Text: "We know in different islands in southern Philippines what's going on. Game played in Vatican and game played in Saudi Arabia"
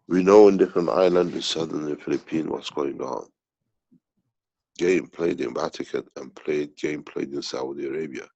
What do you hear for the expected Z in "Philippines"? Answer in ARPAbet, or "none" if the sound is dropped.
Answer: none